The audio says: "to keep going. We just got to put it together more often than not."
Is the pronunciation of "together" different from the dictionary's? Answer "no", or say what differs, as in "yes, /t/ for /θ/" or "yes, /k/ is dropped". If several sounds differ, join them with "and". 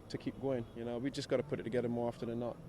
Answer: no